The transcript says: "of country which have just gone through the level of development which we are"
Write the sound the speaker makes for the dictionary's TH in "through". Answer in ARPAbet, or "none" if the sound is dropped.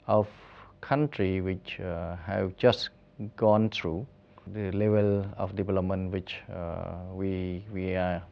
T